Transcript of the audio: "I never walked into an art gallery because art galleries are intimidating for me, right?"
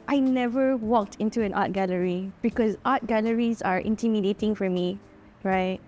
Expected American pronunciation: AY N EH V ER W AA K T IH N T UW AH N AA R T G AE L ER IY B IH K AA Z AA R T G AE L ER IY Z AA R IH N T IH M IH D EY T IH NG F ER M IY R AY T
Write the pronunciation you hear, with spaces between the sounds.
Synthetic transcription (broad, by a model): AY N EH V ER W AA K T IH N T UW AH N AA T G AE L ER IY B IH K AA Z AA T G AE L ER IY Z AA R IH N T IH M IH D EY T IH NG F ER M IY R AY T